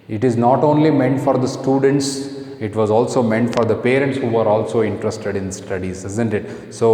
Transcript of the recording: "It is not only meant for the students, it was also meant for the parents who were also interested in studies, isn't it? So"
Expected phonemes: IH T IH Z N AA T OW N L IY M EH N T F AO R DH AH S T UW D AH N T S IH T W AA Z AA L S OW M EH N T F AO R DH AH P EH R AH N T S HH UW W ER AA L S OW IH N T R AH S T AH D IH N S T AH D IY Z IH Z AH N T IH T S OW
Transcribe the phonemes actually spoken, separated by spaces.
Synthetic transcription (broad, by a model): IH T IH Z N AA T OW N L IY M EH N T F AO R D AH S T UW D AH N T S IH T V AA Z AA L S OW M EH N T F AO R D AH P EH R AH N T S HH UW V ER AA L S OW IH N T R AH S T AH D IH N S T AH D IY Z IH Z AH N T IH T S OW